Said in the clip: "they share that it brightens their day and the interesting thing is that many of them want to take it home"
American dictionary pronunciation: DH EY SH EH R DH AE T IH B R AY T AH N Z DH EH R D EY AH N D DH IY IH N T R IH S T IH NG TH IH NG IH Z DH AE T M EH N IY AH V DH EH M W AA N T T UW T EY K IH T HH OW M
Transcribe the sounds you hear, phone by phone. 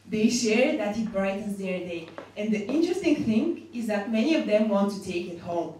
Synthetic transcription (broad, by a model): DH EY SH EH R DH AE T IH B R AY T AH N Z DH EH R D EY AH N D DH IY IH N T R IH S T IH NG TH IH NG IH Z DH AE T M EH N IY AH V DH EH M W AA N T T UW T EY K IH T HH OW M